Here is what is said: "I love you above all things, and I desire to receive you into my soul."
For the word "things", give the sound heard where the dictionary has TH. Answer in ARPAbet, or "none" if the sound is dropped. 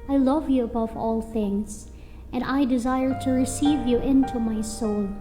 TH